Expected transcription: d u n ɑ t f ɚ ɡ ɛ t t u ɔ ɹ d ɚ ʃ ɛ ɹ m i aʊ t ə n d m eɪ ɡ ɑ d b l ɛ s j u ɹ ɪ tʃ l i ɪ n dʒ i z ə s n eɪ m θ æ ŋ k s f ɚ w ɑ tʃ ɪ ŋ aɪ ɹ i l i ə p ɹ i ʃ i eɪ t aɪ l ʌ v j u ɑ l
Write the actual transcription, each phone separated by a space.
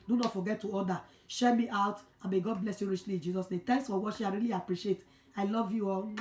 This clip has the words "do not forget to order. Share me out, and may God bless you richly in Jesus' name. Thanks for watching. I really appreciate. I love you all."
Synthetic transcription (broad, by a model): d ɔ n ɑ t f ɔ ɡ ɛ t t u ɔ d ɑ ʃ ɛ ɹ m i aʊ t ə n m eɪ ɡ ɑ d b l ɛ s j u ɹ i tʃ l i ɪ n dʒ i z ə s n eɪ m t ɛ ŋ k s f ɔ w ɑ ʃ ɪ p aɪ ɹ i l i ə p ɹ i ʃ i eɪ t aɪ l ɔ v j u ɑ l